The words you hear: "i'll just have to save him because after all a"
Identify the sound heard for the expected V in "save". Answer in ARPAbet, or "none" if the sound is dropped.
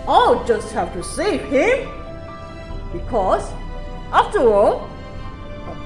none